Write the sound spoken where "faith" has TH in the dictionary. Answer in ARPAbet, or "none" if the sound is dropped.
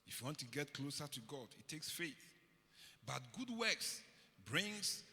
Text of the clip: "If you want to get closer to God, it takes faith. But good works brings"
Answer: TH